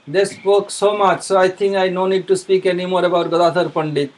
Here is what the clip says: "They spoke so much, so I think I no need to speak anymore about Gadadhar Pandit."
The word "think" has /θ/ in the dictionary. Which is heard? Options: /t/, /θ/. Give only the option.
/t/